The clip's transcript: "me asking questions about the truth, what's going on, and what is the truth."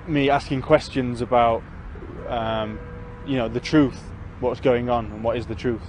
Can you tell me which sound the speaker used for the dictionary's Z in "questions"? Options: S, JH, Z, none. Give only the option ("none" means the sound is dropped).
Z